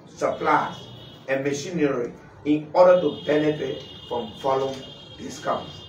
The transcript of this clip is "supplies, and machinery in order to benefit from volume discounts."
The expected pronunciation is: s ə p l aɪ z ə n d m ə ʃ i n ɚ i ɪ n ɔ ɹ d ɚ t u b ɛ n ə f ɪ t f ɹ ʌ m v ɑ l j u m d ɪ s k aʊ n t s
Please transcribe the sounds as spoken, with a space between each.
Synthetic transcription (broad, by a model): s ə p l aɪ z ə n m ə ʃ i n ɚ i ɪ n ɔ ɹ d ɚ t u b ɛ l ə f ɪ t f ɹ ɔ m f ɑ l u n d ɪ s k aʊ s